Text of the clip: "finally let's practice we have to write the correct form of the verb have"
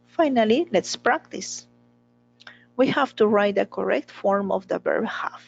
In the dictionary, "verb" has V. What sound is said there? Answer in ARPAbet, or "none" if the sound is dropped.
B